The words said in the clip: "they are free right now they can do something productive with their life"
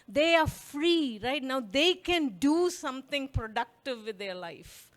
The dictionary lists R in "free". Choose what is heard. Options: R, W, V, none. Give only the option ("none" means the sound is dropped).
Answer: R